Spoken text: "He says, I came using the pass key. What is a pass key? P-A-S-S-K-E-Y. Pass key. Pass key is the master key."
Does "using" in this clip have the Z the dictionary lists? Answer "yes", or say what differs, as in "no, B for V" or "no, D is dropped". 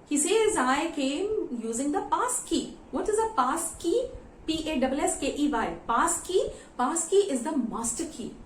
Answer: yes